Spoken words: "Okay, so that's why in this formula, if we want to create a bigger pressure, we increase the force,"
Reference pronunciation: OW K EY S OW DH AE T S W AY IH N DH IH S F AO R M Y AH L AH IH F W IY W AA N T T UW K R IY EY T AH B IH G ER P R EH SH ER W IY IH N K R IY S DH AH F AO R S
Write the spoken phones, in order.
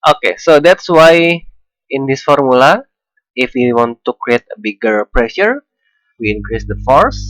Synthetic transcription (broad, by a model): OW K EY S OW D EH T S W AY IH N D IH S F AO R M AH L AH IH F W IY W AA N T T UW K R IY EY T AH B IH G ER P R EH SH ER W IY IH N K R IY S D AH F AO R S